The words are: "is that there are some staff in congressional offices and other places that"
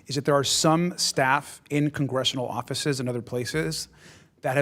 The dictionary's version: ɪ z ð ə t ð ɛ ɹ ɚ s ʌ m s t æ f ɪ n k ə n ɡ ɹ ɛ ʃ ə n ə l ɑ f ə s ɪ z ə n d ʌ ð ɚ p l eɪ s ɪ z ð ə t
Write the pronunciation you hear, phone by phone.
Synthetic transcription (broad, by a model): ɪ z ð ə t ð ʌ ɹ s ʌ m s t æ f ɪ n k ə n ɡ ɹ ɛ ʃ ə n l ɑ f ə s ɪ z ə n ʌ ð ɚ p l eɪ s ɪ z ð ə t